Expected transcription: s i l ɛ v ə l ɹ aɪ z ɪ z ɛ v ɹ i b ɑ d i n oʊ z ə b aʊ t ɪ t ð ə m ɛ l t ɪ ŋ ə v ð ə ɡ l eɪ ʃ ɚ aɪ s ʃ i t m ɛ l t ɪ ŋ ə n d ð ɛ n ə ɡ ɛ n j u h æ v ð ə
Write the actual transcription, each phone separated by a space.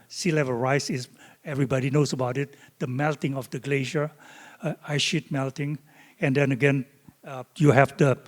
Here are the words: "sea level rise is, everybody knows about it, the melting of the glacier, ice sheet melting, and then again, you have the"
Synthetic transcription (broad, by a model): s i l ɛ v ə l ɹ aɪ s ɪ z ɛ v ɹ i b ɑ d i n oʊ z ə b aʊ t ɪ t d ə m ɛ l t ɪ ŋ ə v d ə ɡ l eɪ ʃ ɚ aɪ ʃ i t m ɛ l t ɪ ŋ ə n d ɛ n ə ɡ ɛ n j u h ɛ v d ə